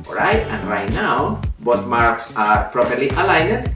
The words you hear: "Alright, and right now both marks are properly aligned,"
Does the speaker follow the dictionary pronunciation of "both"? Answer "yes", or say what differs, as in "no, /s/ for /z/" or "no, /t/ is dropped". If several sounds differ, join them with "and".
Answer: no, /t/ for /θ/